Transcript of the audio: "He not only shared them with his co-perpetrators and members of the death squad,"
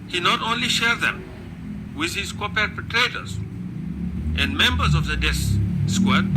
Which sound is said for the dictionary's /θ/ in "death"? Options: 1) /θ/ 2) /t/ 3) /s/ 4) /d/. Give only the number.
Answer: 3